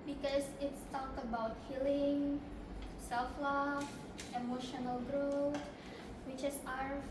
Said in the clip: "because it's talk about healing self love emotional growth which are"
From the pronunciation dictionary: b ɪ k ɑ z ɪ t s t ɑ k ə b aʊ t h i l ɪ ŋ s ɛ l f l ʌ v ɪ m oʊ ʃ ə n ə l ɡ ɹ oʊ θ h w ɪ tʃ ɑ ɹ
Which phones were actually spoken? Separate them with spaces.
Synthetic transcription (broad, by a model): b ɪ k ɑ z ɪ t s t ɑ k ə b aʊ t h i l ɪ ŋ s ɛ l f l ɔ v ɪ m oʊ ʃ ə n ə l ɡ ɹ oʊ θ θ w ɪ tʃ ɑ ɹ